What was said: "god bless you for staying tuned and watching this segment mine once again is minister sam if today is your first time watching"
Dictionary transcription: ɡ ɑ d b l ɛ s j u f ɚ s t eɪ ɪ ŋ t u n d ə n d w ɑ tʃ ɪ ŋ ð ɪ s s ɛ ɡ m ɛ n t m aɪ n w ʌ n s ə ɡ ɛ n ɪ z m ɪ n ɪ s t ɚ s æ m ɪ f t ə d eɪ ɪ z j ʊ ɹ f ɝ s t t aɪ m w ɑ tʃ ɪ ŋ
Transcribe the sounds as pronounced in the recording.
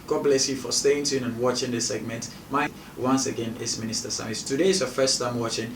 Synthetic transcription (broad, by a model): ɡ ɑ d b l ɛ s j u f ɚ s t eɪ ɪ ŋ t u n ə n w ɑ tʃ ɪ ŋ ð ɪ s s ɛ ɡ m ɛ n t m aɪ w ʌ n s ə ɡ ɛ n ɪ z m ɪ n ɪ s t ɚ s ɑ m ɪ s t ə d eɪ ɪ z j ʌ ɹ f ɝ s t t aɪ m w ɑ tʃ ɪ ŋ